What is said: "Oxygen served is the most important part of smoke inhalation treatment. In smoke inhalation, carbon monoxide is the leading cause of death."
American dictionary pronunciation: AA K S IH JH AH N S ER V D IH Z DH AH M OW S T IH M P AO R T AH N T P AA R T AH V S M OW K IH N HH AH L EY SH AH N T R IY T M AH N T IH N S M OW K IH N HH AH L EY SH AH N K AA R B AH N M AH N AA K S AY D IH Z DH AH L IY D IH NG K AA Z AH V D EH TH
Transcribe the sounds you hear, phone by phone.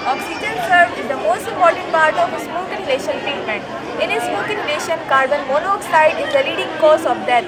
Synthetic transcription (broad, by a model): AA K S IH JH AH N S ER D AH M OW S T IH M P AO R T AH N T P AA R T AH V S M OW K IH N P L EY SH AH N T R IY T M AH N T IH N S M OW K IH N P L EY SH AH N K AA R B AH N M AH N AA K S AY D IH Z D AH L IY D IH NG K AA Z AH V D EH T